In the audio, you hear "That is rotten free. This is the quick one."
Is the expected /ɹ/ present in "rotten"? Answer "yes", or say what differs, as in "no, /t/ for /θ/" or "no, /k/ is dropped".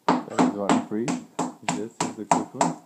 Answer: no, /w/ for /ɹ/